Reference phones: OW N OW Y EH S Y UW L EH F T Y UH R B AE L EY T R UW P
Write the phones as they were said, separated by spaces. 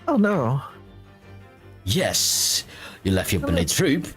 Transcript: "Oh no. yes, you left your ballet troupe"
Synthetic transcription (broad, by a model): OW N OW Y EH S Y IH L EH F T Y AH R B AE N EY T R UW P